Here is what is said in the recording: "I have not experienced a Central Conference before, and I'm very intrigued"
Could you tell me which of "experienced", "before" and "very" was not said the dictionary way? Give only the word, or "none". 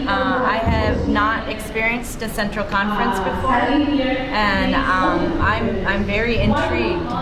none